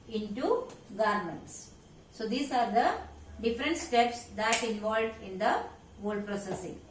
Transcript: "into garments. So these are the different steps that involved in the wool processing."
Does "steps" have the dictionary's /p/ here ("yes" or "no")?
yes